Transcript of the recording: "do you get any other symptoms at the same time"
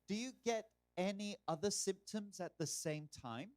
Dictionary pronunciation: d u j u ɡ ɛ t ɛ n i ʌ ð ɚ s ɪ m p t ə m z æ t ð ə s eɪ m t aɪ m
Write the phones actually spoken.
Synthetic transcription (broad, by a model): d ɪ j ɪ ɡ ɛ t ɛ n i ʌ ð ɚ s ɪ m p t ə m z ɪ t ð ə s eɪ m t aɪ m